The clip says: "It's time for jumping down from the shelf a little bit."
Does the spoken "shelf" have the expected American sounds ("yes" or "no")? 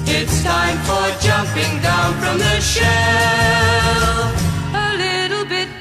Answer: no